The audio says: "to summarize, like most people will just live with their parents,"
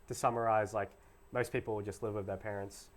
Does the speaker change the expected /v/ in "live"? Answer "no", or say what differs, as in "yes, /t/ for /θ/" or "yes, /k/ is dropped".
no